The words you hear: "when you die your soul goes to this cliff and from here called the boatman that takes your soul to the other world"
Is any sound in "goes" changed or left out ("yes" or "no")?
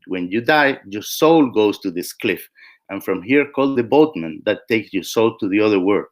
yes